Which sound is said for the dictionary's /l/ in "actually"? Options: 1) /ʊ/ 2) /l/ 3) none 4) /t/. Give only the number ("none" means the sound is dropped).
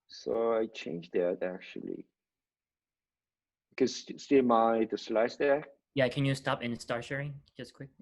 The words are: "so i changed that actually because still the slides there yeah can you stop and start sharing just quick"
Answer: 3